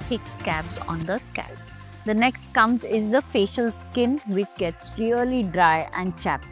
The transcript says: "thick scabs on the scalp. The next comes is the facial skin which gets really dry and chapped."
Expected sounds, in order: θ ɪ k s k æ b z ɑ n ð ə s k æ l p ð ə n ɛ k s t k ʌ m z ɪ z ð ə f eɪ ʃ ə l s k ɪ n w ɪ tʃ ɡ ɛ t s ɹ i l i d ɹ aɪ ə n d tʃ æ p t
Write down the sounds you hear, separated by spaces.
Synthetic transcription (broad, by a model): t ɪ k s k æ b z ɑ n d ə s k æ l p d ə n ɛ k s t k ʌ m z ɪ z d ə f eɪ ʃ ə l s k ɪ n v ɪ tʃ ɡ ɛ t s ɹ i l i d ɹ aɪ ə n d tʃ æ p